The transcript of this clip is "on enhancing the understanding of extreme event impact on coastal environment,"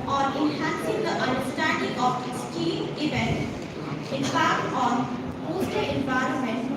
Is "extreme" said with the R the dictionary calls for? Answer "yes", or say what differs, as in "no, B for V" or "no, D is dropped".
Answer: no, R is dropped